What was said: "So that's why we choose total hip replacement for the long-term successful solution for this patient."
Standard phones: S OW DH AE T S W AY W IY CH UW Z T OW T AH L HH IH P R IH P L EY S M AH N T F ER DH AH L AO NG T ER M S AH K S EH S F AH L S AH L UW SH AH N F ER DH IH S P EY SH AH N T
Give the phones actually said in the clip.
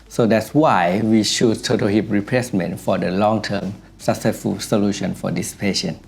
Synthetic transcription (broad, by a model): S OW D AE T S W AY W IY SH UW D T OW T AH HH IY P R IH P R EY S M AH N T F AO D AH L AO NG T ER M S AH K S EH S F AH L S AH L UW SH AH N F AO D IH S P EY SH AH N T